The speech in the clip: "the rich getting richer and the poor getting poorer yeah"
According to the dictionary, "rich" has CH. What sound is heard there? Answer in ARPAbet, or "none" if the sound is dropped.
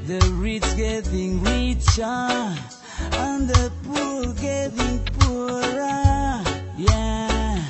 S